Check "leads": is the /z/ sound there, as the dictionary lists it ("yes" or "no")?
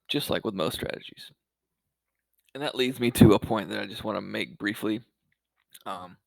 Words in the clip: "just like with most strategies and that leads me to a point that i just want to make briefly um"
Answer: yes